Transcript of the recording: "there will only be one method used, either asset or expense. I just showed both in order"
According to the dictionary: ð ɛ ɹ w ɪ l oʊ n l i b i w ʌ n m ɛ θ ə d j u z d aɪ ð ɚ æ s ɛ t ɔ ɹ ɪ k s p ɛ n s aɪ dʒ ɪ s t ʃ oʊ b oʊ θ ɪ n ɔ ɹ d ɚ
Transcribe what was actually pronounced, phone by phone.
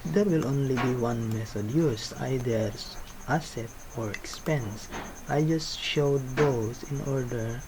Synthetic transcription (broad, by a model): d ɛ ɹ w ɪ l oʊ n l i b i w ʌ n m ɛ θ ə d j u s aɪ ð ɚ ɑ s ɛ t ɔ ɹ ɪ k s p ɛ n s aɪ dʒ ɪ s t ʃ oʊ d oʊ s ɪ n ɔ ɹ d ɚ